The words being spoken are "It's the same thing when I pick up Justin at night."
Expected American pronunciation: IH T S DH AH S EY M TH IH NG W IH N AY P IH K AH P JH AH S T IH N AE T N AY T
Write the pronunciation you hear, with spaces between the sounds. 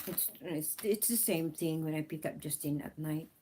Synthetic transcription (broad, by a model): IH T S DH AH S EY M TH IH NG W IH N AY P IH K AH P JH AH S T IH N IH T N AY T